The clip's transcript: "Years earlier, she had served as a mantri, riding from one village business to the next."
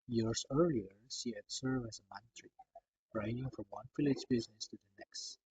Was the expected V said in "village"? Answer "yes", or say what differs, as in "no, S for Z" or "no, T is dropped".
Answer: no, F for V